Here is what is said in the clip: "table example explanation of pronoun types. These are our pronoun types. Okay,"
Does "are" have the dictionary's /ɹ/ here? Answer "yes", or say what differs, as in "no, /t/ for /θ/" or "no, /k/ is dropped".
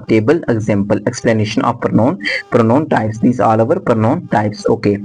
no, /l/ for /ɹ/